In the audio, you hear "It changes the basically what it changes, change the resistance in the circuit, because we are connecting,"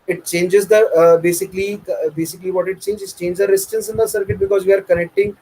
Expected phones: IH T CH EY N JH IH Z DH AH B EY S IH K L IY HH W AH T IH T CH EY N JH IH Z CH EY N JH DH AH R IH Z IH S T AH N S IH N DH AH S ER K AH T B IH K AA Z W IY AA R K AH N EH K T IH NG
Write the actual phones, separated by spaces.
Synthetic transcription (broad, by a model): IH T CH EY N JH IH Z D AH B EY S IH K L IY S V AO T IH T CH EY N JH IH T CH EY N JH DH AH R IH S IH T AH N S IH N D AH S ER K AH T B IH K AA Z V IY AA R K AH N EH K T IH NG